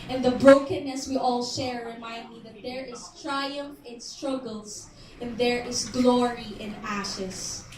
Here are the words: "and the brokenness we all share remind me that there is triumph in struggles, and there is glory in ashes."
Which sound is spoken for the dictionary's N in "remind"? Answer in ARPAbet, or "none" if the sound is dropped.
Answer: N